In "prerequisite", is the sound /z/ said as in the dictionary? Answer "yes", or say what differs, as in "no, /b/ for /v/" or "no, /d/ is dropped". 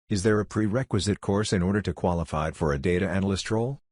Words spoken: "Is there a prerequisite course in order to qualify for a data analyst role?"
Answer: yes